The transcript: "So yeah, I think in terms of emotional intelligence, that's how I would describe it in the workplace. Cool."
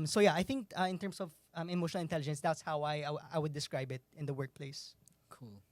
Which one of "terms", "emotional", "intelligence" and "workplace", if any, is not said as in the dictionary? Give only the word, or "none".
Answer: terms